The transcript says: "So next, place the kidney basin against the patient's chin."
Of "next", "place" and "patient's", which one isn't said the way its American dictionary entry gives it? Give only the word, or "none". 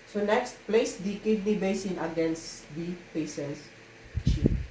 patient's